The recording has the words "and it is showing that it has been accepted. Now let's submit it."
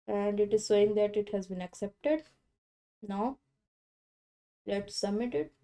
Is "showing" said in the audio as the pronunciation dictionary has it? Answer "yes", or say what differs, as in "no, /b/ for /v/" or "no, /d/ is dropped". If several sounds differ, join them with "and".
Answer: no, /s/ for /ʃ/